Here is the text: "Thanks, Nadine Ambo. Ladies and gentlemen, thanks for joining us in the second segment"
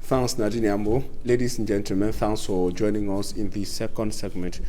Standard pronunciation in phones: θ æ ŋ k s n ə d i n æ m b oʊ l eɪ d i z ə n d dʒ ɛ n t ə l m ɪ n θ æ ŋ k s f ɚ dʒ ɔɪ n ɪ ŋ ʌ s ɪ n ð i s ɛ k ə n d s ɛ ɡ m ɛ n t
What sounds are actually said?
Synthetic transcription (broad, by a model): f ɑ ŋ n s n ə d i n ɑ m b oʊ l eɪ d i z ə n dʒ ɛ n t ə l m ɪ n f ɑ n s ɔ dʒ ɔɪ n ɪ ŋ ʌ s ɪ n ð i s ɛ k ə n d s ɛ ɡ m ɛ n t